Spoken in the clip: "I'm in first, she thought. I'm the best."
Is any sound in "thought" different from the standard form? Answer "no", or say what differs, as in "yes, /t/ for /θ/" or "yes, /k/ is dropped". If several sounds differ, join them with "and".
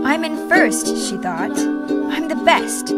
no